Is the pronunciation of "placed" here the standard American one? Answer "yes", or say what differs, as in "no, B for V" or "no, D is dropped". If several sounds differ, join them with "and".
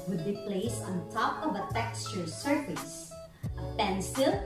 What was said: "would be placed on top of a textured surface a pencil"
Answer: no, T is dropped